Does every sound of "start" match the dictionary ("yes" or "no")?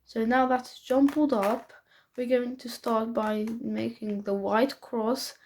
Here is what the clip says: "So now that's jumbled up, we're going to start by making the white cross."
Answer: yes